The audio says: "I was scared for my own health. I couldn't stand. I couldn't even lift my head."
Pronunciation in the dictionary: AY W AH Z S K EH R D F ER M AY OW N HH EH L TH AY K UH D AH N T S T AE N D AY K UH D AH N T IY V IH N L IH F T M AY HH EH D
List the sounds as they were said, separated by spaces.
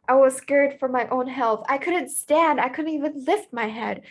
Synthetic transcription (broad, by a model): AY W AH Z S K EH R D F ER M AY OW N HH EH L TH AY K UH D N T S T AE N D AY K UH D N T IY V IH N L IH F T M AY HH EH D